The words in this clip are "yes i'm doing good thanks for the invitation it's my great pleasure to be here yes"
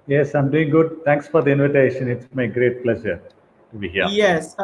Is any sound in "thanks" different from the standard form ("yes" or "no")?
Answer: yes